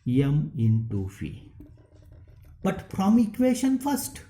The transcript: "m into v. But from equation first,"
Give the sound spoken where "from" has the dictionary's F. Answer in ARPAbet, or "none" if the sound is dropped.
P